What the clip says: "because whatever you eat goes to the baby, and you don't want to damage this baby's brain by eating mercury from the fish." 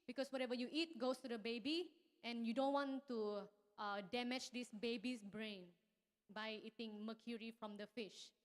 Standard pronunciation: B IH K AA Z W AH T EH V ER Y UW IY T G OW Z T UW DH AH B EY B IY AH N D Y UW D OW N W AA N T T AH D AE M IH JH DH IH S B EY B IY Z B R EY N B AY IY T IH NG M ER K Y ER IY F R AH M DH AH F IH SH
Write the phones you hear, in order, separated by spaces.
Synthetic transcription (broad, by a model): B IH K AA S W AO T EH V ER Y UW IY T G OW S T UW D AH B EY B IY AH N Y UW D OW N W AA N T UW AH D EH M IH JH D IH S B EY B IY S B R EY N B AY IY T IH NG M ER K Y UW IY F R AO M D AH F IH SH